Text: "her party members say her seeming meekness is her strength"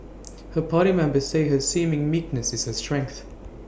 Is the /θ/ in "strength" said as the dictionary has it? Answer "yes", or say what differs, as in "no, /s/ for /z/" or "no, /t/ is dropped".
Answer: yes